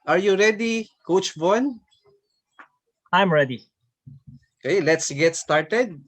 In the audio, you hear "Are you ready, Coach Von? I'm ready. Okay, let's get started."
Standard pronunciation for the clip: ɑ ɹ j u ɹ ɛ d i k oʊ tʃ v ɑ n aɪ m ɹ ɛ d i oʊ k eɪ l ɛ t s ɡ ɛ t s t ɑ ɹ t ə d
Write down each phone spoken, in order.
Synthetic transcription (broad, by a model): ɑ ɹ j u ɹ ɛ d i k oʊ tʃ b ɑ n aɪ m ɹ ɛ d i oʊ k eɪ l ɛ t s ɡ ɛ t s t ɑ ɹ t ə d